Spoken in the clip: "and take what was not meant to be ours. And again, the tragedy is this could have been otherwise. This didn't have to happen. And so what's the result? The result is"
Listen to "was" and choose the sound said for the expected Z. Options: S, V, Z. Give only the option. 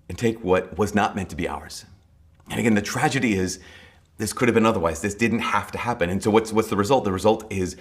Z